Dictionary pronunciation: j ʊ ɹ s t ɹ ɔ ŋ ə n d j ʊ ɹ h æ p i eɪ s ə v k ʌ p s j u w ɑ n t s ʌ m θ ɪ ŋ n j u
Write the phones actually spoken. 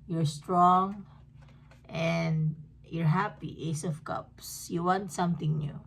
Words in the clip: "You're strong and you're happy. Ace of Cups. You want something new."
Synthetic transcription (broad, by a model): j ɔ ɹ s t ɹ ɔ ŋ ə n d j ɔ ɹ h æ p i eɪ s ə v k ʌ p s j u w ɑ n t s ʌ m t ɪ ŋ n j u